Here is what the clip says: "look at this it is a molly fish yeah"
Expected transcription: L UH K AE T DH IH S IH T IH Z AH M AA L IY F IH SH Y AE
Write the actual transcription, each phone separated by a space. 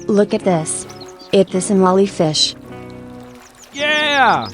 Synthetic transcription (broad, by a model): L UH K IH T DH IH S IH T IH S AH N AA L IY F IH SH Y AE